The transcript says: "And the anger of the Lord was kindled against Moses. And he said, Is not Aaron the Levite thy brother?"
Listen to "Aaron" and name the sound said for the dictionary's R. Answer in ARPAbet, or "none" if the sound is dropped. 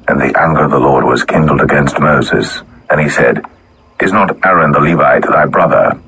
R